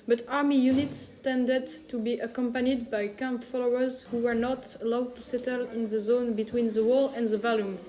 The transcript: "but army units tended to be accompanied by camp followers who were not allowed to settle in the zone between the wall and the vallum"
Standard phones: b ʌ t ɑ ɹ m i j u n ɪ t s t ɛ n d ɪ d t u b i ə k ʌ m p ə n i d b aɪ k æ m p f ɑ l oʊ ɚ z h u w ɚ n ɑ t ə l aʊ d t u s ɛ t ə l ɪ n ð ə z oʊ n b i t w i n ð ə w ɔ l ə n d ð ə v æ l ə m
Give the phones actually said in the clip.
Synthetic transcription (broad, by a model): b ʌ t ɑ ɹ m i j u n ɪ t s t ɛ n d ɪ d t u b i ə k ʌ m p ə n i d b aɪ k æ m p f ɑ l oʊ ɚ z h u w ɚ n ɑ t ə l aʊ d t u s ɛ t ə l ɪ n ð ə z oʊ n b i t w i n ð ə w ɔ l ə n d ð ə v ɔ l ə m